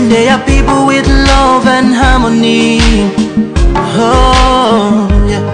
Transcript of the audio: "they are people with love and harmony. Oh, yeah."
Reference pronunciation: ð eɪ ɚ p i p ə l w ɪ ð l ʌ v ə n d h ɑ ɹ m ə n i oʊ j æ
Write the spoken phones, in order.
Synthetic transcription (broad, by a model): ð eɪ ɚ p i p l w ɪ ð l ʌ v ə n h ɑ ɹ m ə n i oʊ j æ